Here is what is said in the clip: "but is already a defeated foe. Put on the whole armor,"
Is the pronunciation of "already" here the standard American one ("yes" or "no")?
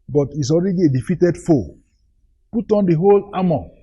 yes